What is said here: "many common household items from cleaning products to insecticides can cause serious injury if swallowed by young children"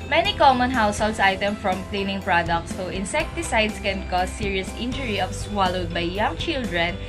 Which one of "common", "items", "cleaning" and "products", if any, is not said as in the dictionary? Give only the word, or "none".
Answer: items